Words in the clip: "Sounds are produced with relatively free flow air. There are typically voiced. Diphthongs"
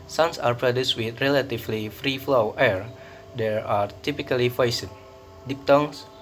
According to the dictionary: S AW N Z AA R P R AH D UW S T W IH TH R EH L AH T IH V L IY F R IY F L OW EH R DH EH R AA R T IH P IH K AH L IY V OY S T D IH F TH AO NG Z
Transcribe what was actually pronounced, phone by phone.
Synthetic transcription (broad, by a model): S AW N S AA R P R AH D UW S T W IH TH R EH L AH T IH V L IY F R IY F L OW EH R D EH R AA R T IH P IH K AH L IY F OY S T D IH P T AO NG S